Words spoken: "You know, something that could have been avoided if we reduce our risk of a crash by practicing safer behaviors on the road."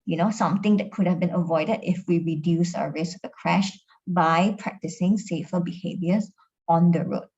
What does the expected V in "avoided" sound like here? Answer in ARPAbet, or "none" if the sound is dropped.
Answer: V